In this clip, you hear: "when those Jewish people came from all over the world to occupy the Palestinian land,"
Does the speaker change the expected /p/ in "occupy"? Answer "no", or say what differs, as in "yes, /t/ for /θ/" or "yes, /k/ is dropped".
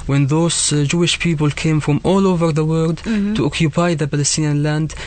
no